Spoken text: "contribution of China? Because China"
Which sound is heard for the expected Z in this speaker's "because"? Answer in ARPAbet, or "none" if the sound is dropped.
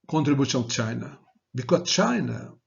none